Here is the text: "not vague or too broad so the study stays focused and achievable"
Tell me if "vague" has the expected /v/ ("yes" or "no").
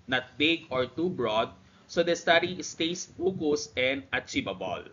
no